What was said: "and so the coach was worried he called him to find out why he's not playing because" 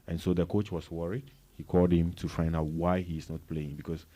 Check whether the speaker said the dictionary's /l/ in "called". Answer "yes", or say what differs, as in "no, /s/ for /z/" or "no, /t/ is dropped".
yes